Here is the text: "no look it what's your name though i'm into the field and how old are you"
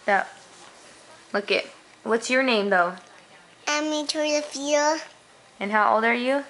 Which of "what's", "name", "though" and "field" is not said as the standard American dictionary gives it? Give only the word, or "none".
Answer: field